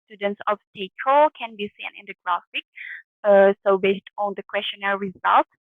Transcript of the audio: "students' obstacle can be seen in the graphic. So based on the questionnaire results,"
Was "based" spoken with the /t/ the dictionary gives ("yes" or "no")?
yes